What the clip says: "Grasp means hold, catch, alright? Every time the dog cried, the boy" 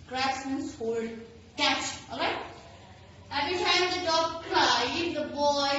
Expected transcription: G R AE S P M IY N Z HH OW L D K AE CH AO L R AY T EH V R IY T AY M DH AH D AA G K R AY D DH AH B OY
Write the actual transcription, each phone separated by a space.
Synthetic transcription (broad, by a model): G R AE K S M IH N S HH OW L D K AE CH AO L R AY T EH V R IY T AY M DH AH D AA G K L AY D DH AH B OY